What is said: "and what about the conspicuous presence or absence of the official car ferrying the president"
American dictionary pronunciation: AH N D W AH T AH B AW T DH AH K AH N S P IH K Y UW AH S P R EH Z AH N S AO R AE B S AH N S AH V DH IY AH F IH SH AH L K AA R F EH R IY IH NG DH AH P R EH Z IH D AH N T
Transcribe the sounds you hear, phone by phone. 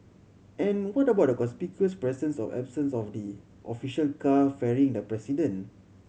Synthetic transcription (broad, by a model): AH N W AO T AH B AW T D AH K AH S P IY K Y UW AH S P R EH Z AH N S AO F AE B S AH N S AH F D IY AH F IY SH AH L K AA F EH R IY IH NG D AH P R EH S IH D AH N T